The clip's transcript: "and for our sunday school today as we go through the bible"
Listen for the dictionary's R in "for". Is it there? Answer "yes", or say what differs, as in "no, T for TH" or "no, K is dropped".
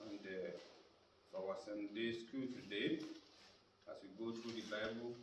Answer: no, W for R